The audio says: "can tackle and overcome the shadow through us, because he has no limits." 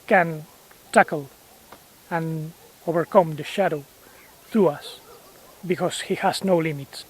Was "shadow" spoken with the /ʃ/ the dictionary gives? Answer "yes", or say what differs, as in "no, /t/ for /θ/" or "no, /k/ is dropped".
yes